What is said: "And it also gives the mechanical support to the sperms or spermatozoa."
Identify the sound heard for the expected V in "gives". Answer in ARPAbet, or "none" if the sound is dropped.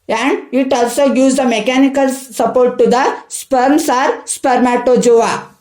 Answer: none